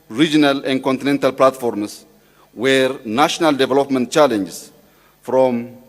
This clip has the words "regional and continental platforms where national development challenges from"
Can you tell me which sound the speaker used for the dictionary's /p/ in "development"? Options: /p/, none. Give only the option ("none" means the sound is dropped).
/p/